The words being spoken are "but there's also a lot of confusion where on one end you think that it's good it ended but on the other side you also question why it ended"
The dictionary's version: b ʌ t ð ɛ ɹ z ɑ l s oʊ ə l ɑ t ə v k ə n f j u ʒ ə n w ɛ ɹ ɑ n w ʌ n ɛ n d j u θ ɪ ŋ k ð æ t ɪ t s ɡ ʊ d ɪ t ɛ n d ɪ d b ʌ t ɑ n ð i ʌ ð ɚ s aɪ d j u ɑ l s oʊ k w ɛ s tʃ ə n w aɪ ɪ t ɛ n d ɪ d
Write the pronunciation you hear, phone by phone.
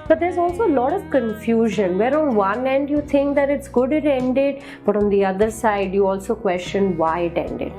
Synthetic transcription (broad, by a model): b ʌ t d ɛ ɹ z ɑ l s oʊ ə l ɑ t ə v k ə n f j u ʒ ə n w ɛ ɹ ɑ n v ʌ n ɛ n d j u t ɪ ŋ k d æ t ɪ t s ɡ ʊ d ɪ t ɛ n d ɪ d b ʌ t ɑ n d i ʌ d ɚ s aɪ d j u ɑ l s oʊ k w ɛ s tʃ ə n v aɪ ɪ t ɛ n d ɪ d